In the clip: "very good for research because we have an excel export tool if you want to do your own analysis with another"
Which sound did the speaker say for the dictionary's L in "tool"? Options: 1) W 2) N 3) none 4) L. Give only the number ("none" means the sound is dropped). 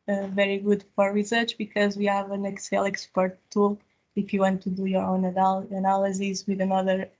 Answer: 4